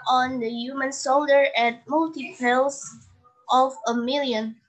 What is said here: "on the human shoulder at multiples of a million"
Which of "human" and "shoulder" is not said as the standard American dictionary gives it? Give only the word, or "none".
shoulder